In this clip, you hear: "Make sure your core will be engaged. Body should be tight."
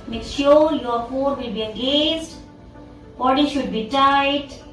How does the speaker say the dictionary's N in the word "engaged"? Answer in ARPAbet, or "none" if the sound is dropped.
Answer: none